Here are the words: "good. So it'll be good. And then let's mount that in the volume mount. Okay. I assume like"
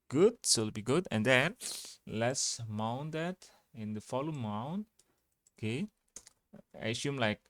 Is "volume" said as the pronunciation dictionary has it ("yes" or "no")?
no